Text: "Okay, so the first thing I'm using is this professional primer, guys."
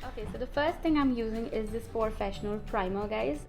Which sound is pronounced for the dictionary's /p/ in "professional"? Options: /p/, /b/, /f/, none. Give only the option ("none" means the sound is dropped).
/f/